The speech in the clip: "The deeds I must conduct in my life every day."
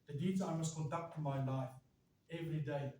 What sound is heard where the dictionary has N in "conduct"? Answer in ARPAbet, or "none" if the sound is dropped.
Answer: none